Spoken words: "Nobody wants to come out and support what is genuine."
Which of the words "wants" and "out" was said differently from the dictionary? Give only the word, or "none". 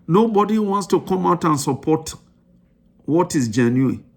none